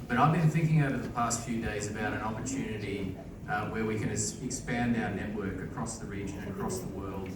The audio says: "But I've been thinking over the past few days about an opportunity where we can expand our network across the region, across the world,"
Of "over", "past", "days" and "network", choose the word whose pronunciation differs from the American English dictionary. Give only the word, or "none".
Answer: none